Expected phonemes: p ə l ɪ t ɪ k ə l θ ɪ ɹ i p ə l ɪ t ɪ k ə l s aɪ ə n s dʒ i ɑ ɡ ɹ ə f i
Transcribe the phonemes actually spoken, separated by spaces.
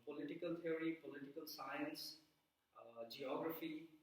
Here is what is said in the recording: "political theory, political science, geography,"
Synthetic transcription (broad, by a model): p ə l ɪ t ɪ k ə l t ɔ ɹ i p ə l ɪ t ɪ k ə l s aɪ ə n s dʒ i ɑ ɡ ɹ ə f i